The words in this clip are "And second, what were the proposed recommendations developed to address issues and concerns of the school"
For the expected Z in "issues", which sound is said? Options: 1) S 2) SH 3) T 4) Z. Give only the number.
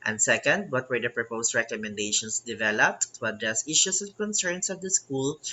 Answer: 1